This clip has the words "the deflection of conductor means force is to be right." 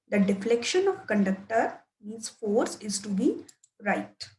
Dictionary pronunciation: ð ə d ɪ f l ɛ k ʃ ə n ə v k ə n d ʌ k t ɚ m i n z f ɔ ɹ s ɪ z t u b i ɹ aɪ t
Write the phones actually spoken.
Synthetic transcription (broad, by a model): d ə d ɪ f l ɛ k ʃ ə n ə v k ə n d ʌ k t ɚ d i z f ɔ ɹ s ɪ z t u b i ɹ aɪ t